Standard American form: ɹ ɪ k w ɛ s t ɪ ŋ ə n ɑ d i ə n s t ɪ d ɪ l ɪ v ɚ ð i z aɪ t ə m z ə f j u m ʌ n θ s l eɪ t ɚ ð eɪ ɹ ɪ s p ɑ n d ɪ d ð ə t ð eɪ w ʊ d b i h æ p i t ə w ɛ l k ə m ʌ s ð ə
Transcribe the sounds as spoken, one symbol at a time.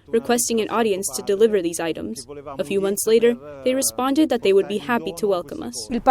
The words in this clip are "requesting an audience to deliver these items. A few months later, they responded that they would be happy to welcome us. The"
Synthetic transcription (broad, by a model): ɹ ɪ k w ɛ s t ɪ ŋ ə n ɑ d i ə n s t ɪ d ɪ l ɪ v ɚ ð i z aɪ t ə m z ə f j u m ʌ n θ s l eɪ t ɚ ð eɪ ɹ ɪ s p ɑ n d ɪ d ð ə t ð eɪ w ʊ d b i h æ p i t ə w ɛ l k ə m ʌ s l